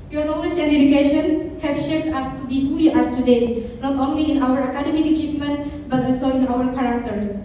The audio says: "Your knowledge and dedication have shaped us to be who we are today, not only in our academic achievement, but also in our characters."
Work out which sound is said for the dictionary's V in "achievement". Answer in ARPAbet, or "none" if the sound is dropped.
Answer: F